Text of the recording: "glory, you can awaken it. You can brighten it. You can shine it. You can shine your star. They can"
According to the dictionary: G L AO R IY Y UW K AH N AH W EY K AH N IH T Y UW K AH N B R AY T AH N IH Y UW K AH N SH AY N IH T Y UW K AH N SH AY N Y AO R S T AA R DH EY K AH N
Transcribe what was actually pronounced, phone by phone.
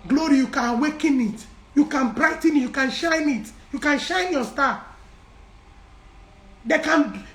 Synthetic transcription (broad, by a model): G L AO R IY Y UW K AH N W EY K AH N IH T Y UW K AH N B R AY T AH N IH Y UW K AH N SH AY N IH T Y UW K AH N SH AY N Y AO S T AA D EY K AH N